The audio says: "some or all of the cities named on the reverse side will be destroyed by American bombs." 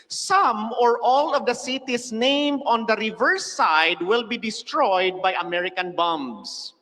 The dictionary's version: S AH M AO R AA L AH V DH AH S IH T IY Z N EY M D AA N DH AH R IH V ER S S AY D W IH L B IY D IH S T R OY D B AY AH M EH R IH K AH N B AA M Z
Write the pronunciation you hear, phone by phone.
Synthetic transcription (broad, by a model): S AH M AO R AA L AH V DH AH S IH T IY S N EY M D AA N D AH R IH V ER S S AY D W IH L B IY D IH S T R OY D B AY AH M EH R IH K AH N B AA M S